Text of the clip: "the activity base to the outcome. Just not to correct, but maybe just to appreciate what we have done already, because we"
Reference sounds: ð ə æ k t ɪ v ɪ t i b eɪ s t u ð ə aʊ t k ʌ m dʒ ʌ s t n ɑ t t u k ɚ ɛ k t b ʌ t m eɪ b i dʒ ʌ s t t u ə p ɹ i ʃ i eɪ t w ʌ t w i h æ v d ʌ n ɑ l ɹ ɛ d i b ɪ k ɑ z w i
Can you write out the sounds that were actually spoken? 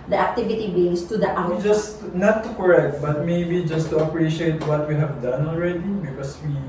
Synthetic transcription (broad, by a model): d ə æ k t ɪ v ɪ t i b eɪ s t u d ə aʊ t ɑ dʒ ʌ s t n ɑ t t u k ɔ ɛ k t b ʌ t m eɪ b i dʒ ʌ s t t u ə p ɹ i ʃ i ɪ t w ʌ t w i h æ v d ʌ n ɑ l ɹ ɛ d i b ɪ k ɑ s w i